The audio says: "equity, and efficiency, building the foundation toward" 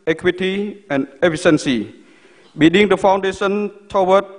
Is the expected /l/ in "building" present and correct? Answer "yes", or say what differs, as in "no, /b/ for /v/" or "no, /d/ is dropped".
no, /l/ is dropped